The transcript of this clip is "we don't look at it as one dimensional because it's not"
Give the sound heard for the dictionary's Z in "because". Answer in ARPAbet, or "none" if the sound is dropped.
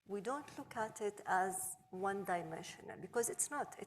Z